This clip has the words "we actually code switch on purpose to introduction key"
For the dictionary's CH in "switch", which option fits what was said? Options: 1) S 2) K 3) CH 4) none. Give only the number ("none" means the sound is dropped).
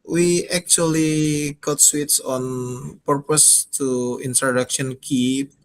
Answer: 1